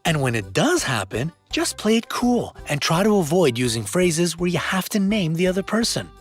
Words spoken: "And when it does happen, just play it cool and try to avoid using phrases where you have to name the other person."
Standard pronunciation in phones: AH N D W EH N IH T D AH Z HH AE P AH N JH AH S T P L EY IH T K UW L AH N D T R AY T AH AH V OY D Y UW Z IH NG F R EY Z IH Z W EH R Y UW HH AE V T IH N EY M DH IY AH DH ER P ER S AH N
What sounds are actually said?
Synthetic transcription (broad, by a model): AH N W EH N IH T D AH Z HH AE P AH N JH AH S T P L EY IH T K UW L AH N T R AY T AH AH V OY D Y UW Z IH NG F R EY Z IH Z W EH R Y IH HH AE F T IH N EY M DH IY AH DH ER P ER S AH N